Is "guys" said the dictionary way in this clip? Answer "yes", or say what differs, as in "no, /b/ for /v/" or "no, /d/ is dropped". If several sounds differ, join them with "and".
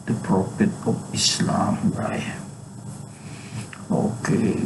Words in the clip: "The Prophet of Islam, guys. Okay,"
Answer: no, /z/ is dropped